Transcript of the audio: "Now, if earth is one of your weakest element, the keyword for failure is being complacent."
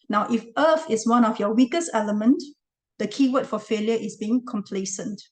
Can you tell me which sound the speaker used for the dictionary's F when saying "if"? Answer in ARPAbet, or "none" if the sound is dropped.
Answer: F